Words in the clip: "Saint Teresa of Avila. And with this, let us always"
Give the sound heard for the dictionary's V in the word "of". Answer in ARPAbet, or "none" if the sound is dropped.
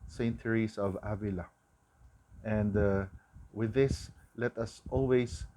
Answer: V